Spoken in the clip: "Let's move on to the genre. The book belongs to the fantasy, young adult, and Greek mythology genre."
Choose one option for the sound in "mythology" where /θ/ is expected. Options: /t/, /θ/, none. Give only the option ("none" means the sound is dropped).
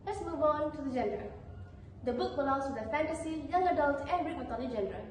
/t/